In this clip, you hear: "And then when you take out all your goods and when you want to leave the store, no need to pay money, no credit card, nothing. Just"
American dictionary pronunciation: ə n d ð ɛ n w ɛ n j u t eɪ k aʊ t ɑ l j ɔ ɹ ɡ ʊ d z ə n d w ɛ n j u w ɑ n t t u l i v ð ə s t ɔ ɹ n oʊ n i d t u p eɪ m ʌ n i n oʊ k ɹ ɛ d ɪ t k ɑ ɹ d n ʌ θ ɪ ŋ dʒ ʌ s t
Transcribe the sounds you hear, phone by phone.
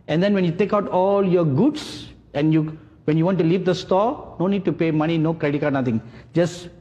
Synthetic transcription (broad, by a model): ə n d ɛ n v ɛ n j u t eɪ k aʊ t ɑ l j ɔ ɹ ɡ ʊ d s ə n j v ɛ n j u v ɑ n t t u l i v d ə s t ɔ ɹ n oʊ n i d t u p eɪ m ʌ n i n oʊ k ɹ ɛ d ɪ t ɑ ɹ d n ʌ t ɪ ŋ dʒ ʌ s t